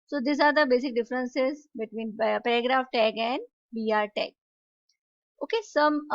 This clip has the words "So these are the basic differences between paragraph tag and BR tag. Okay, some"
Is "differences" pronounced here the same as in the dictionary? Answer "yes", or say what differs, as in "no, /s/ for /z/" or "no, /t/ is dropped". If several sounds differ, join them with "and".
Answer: yes